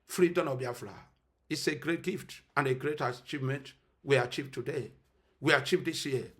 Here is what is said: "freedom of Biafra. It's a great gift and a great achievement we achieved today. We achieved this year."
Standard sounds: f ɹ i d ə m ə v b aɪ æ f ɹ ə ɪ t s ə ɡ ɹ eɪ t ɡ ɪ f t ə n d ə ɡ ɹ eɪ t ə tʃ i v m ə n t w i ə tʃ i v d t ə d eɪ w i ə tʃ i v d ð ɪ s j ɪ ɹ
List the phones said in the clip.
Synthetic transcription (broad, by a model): f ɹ i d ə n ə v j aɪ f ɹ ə ɪ t s ə ɡ ɹ eɪ t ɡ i f t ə n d ə ɡ ɹ eɪ t ə tʃ i v m ə n t w i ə tʃ i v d t ə d eɪ w i ə tʃ i v d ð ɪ s j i